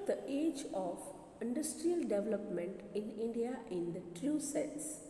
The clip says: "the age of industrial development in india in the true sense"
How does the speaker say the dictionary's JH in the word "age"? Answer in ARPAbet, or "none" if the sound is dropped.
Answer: JH